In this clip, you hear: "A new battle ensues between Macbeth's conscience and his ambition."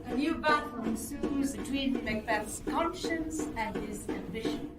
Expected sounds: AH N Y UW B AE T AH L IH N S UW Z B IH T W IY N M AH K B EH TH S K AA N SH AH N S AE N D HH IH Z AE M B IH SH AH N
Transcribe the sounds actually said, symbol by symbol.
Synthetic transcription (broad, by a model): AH N Y UW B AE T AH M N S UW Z B IH T W IY N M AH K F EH T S K AA N SH AH N S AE N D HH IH Z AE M B IH SH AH N